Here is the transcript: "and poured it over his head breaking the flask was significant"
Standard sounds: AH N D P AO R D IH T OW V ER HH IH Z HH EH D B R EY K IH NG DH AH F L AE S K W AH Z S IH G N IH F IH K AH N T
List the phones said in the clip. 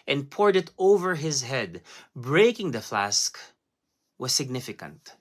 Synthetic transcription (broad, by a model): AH N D P AO R D IH T OW V ER HH IH Z HH EH D B R EY K IH NG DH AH F L AE S K W AH Z S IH G N IH F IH K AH N T